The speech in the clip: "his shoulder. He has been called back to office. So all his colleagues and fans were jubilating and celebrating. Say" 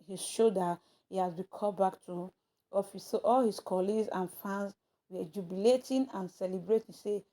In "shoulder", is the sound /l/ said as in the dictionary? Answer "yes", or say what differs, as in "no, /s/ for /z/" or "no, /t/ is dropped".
no, /l/ is dropped